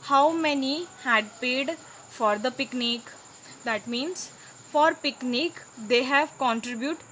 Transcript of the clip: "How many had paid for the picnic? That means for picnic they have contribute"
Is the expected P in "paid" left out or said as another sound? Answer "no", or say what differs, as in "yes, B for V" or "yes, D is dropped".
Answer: no